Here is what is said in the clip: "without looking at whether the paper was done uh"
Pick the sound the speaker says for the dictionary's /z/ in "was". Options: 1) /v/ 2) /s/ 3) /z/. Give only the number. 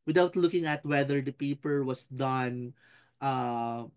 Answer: 2